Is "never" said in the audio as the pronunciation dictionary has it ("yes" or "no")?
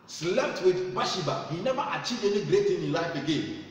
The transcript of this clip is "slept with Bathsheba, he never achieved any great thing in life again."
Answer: no